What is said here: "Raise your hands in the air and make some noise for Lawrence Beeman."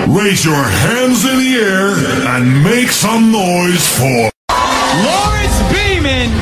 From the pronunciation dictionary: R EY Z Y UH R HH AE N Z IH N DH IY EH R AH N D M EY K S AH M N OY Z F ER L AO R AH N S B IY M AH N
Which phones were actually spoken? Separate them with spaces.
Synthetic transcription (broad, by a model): R EY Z Y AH R HH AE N Z IH N DH IY EH R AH N M EY K S AH M N OY Z F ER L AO R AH S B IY M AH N